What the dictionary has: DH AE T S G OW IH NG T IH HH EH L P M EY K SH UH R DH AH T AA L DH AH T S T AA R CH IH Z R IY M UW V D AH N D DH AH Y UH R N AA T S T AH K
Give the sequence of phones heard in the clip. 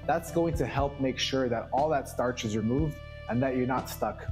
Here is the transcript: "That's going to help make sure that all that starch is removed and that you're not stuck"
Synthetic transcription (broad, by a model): DH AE T S G OW IH NG T IH HH EH L P M EY K SH UH R DH AH T AA L DH AH T S T AA R CH IH Z R IY M UW V D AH N DH AH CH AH R N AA T S T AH K